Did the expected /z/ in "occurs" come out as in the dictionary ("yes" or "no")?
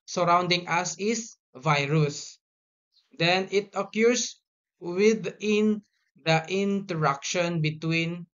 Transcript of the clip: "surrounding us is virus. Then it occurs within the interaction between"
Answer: no